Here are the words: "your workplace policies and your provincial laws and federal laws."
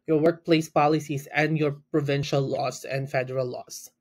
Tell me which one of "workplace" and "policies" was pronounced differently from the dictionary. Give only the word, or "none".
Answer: policies